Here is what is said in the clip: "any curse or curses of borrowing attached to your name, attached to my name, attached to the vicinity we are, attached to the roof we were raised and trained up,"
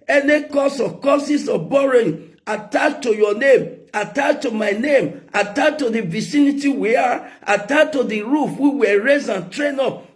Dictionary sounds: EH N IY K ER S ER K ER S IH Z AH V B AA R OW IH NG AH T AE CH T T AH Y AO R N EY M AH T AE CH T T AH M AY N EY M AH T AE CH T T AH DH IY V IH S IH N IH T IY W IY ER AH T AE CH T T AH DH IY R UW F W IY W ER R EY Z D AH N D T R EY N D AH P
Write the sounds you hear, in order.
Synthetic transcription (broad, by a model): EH N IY K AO S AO K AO S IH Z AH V B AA R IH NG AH T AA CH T T AH Y AO N EY M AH T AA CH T T AH M AY N EY M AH T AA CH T T AH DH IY V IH S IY N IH T IY W IY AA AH T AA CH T T AH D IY R UW F W IY W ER R EY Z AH N T R EY N AO P